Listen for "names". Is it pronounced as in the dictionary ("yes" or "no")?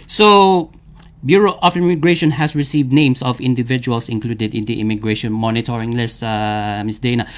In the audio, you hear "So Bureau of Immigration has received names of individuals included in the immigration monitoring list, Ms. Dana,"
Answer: no